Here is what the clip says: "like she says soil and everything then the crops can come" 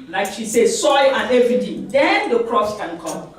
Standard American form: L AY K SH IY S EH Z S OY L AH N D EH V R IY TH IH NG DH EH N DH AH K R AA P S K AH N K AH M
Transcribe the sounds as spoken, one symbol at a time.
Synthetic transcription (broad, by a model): L AY K SH IY S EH S OY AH N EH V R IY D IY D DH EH N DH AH K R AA S K AH N K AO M